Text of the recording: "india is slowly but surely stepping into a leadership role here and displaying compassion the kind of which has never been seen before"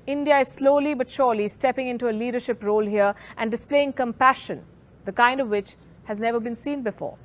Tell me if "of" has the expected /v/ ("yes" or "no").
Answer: yes